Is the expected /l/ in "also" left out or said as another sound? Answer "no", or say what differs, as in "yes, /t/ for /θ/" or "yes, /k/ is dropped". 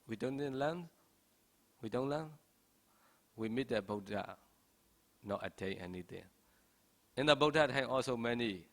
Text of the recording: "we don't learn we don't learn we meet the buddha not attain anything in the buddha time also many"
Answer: no